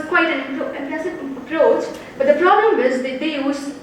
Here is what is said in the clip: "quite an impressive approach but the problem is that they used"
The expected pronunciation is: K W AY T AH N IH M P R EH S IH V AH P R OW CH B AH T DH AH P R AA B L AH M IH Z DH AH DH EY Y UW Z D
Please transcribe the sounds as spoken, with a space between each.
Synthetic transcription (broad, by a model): K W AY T AH N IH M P EH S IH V AH P R OW CH B AH T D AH P R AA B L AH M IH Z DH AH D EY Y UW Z